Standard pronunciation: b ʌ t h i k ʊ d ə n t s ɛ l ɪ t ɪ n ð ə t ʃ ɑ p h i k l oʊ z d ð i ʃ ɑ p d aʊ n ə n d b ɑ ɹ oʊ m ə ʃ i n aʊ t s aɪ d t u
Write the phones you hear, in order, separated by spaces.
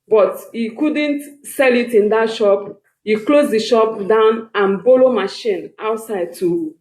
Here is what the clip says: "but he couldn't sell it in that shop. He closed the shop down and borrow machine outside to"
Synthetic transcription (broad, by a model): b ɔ t h i k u d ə n t s ɛ l ɪ t ɪ n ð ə t ʃ ɑ p h i k l oʊ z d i ʃ ɑ p d aʊ n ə n b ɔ l oʊ m ə ʃ i n aʊ t s aɪ d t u